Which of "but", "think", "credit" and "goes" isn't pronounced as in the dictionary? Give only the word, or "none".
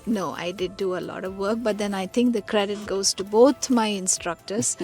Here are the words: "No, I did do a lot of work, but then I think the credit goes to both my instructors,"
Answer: think